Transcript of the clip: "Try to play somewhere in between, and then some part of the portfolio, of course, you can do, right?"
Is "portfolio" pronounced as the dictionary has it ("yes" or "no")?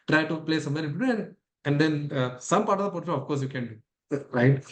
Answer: no